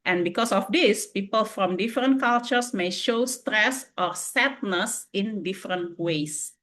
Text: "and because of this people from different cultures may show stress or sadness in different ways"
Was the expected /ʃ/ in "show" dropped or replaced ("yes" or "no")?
no